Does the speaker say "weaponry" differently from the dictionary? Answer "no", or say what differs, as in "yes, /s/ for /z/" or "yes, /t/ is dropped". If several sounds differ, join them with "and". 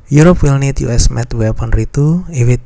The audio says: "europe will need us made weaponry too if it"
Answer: no